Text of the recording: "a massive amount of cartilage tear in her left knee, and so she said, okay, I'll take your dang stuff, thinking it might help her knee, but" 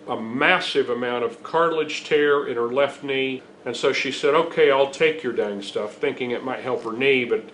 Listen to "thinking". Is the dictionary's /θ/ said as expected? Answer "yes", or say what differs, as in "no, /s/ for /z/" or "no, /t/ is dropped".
yes